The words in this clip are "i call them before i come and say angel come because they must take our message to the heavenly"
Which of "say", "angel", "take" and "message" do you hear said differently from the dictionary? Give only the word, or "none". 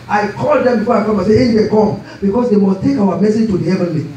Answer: angel